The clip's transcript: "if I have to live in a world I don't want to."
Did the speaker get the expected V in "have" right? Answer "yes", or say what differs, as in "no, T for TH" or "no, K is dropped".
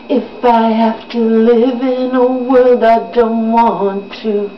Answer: no, F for V